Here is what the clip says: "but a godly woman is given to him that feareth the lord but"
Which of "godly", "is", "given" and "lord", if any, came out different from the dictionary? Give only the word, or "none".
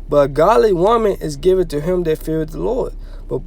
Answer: none